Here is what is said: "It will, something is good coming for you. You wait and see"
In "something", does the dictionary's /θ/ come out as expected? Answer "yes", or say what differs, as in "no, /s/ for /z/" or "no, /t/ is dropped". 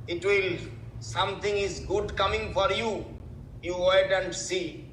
no, /t/ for /θ/